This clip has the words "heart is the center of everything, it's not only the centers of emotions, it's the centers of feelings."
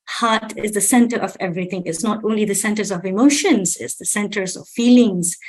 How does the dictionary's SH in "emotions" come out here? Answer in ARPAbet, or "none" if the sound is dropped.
SH